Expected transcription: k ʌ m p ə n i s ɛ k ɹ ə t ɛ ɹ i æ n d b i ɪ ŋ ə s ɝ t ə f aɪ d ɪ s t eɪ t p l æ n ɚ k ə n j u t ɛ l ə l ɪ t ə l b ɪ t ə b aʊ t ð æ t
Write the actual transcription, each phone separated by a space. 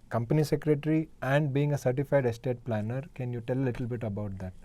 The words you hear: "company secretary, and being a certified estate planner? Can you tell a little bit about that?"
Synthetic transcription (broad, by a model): k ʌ m p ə n i s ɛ k ɹ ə t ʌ ɹ i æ n d b i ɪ ŋ ə s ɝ t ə f aɪ d ɪ s t eɪ t p l æ n ɚ k ə n j u t ɛ l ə l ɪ t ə l b ɪ t ə b aʊ t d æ t